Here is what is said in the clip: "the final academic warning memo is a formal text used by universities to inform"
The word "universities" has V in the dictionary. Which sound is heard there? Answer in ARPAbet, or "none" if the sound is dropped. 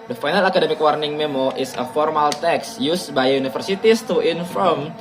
F